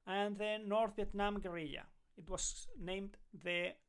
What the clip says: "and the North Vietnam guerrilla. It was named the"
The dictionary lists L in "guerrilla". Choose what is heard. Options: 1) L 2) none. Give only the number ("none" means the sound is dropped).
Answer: 2